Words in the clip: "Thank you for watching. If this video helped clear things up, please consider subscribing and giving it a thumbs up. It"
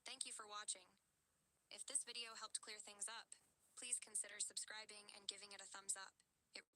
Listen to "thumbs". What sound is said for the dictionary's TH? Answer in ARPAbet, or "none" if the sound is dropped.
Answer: TH